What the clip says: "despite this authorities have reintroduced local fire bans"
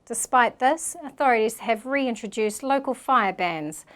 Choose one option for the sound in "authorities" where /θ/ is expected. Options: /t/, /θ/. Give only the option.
/θ/